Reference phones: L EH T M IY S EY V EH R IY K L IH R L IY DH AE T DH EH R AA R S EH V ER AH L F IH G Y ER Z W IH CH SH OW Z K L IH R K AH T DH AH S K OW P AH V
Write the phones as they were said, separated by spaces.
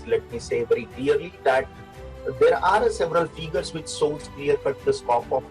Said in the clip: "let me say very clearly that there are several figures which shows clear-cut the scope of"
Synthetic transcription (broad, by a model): L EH T M IY S EY V EH R IY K L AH R L IY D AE T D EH R AA R S EH V ER AH L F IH G ER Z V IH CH S OW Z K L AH R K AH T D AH S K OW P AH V